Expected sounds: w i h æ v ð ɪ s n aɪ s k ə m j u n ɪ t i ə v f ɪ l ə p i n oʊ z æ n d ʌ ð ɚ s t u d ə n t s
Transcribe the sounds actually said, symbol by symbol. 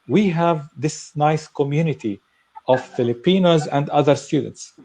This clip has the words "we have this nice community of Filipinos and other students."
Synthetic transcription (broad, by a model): w i h æ v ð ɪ s n aɪ s k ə m j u n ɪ t i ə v f ɪ l ə p i n oʊ z æ n d ʌ ð ɚ s t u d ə n t s